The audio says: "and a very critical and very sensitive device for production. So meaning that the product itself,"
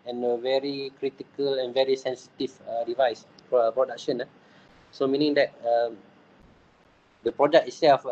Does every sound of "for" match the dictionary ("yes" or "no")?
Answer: no